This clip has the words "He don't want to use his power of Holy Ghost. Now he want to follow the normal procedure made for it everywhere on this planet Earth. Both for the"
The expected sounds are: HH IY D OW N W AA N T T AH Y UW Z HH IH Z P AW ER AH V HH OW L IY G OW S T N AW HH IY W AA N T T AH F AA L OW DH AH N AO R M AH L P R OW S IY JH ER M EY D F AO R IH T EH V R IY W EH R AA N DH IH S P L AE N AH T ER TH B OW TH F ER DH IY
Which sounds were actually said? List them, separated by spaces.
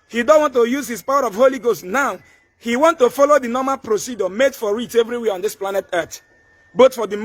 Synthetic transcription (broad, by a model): HH IY D OW N W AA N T T AH Y UW Z HH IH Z P AW ER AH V HH OW L IY G OW S T N AW HH IY W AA N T T AH F AA L OW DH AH N AO M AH L P R OW S IY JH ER M EY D F AO R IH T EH V R IY W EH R AA N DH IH S P L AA N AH T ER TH B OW T F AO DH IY